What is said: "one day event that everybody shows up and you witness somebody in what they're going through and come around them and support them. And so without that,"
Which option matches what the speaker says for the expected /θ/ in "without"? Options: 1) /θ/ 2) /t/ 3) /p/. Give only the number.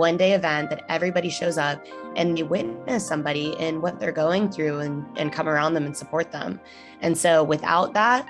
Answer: 1